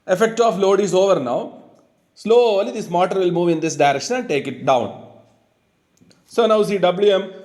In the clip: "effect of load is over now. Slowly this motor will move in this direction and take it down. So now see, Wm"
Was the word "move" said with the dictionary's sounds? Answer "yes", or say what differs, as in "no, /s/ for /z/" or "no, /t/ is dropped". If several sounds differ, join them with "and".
yes